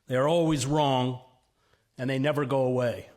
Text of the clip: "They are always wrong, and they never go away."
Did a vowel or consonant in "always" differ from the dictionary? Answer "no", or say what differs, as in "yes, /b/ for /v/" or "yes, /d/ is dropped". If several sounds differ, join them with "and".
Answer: no